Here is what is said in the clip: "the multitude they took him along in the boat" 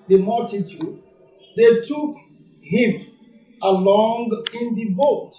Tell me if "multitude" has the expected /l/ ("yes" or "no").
yes